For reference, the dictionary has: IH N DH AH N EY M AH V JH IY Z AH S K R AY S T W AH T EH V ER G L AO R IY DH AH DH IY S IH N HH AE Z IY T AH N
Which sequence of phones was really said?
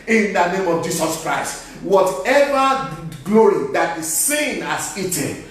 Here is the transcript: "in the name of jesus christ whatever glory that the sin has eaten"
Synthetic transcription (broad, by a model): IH N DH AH N EY M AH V JH IY S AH S K R AY S T W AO T EH V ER G L AO R IY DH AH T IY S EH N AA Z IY T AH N